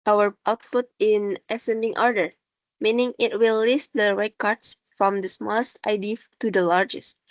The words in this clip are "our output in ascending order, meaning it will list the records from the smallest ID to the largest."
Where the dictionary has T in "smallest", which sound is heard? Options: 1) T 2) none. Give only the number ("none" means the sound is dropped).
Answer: 1